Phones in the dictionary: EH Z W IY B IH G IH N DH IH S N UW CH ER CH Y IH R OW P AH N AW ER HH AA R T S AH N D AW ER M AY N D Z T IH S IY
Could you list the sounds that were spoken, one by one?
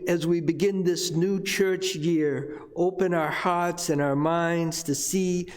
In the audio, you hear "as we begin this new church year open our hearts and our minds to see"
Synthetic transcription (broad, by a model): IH Z W IY B IH G IH N DH IH S N UW CH ER CH Y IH R OW P AH N AW ER HH AA R T S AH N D AW ER M AY N D Z T IH S IY